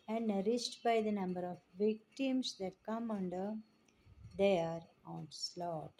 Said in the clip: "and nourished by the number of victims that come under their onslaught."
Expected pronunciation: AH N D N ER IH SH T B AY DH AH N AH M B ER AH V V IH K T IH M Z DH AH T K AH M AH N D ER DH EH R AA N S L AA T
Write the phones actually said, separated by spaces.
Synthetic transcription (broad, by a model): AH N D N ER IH S T B AY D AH N AH M B ER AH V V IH K T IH M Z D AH T K AH M AH N D ER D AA R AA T S L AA T